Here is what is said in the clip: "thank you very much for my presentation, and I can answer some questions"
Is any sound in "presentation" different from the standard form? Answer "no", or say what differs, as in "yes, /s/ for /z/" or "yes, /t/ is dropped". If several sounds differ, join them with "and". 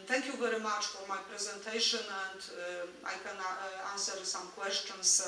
no